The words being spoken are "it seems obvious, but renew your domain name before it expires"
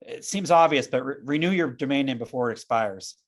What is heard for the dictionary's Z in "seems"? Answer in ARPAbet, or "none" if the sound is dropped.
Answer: Z